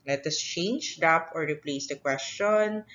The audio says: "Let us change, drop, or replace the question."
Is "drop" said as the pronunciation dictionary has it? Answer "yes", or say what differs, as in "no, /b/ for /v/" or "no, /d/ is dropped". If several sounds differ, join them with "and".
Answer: no, /ɹ/ is dropped